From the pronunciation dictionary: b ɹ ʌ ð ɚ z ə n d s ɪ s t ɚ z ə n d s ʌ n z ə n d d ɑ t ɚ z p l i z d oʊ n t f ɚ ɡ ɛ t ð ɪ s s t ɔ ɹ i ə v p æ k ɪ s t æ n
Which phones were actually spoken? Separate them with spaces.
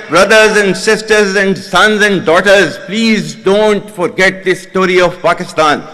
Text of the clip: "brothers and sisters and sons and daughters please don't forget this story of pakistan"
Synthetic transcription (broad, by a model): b ɹ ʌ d ɚ z ə n d s ɪ s t ɚ z ə n d s ʌ n z ə n d d ɑ t ɚ z p l i z d oʊ n t f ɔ ɡ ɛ t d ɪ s s t ɔ ɹ i ə v p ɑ k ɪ s t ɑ n